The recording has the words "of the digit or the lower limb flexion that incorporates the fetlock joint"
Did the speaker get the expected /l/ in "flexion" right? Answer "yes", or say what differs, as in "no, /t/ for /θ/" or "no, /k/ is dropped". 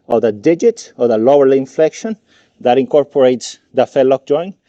yes